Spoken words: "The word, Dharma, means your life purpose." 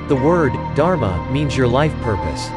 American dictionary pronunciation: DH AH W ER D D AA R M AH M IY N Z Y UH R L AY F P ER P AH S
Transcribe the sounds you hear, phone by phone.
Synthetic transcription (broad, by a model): DH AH W ER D D AA R M AH M IY N Z Y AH R L AY F P ER P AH S